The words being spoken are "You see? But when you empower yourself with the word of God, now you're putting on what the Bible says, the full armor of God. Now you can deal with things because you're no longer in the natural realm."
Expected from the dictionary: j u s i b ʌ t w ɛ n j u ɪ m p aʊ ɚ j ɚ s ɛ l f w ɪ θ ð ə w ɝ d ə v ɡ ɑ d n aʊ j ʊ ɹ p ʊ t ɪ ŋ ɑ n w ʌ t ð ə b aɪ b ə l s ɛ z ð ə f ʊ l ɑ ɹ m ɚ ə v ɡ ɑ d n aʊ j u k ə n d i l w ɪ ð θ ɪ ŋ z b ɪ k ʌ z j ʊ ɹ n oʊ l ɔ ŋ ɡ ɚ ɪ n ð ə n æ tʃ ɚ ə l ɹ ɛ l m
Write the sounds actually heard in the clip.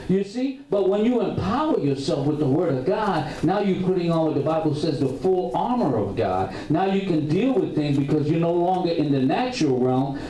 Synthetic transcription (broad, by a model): j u s i b ʌ t w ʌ n j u ɪ m p aʊ ɚ j ɚ s ɛ l f w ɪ ð ə w ɝ d ə v ɡ ɑ d n aʊ j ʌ ɹ p ʊ t ɪ ŋ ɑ n w ʌ t ð ə b aɪ b l s ɛ z ð ə f ʊ l ɑ ɹ m ɚ ə v ɡ ɑ d n aʊ j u k ə n d i l w ɪ ð θ ɪ ŋ z b ɪ k ʌ z j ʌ ɹ n oʊ l ɔ ŋ ɡ ɚ ɪ n ð ə n æ tʃ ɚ l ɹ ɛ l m